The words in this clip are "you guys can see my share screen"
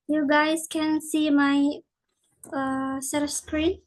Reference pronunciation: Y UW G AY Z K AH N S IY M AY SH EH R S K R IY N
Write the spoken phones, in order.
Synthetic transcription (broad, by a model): Y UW G AY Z K AH N S IY M AY S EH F S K R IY N